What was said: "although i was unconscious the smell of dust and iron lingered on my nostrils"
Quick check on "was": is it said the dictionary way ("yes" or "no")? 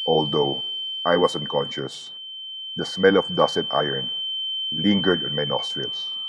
no